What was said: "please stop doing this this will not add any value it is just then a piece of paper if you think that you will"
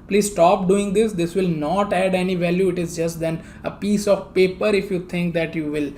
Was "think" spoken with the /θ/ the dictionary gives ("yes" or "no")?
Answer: no